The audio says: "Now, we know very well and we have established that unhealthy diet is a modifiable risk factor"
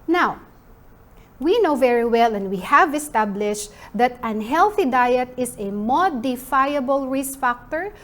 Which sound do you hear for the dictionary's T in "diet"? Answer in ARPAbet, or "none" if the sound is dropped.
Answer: T